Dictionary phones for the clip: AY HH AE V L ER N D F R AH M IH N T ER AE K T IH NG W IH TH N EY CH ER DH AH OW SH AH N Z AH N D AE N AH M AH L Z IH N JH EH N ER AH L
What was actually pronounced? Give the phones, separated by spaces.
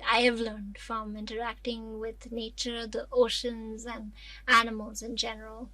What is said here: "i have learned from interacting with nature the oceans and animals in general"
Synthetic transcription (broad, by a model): AY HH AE V L ER N D F R AH M IH N T ER AE K T IH NG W IH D N EY CH ER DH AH OW SH AH N Z AH N D AE N AH M AH L Z IH N JH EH N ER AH L